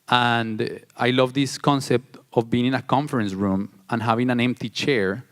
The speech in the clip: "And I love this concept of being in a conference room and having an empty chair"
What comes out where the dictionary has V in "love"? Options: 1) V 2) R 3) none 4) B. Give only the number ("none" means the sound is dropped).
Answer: 1